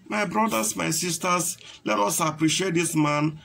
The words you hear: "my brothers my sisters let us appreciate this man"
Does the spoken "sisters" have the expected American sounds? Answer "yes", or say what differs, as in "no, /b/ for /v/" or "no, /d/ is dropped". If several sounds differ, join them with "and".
no, /s/ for /z/